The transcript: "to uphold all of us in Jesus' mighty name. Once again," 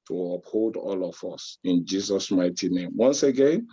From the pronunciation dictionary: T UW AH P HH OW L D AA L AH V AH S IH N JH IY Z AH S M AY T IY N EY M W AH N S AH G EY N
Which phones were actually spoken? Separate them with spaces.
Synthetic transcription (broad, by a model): T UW AH P HH OW L D AA L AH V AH S IH N JH IY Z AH S M AY T IY N EY M W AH N S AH G EY N